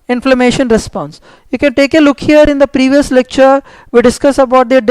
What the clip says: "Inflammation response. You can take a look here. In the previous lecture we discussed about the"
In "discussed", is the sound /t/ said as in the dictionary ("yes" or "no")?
no